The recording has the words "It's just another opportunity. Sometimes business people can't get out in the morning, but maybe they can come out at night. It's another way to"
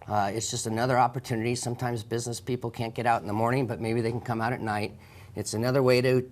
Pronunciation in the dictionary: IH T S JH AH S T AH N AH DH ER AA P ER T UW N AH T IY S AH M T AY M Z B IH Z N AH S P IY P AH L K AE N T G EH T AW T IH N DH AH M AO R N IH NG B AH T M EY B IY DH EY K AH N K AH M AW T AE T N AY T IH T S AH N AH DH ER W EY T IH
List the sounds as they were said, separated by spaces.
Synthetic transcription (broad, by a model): IH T S JH AH S T AH N AH DH ER AA P ER T UW N AH T IY S AH M T AY M Z B IH Z N AH S P IY P L K AE N T G EH T AW T N DH AH M AO R N IH NG B AH T M EY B IY DH EY K N K AH M AW T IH T N AY T IH T S AH N AH DH ER W EY T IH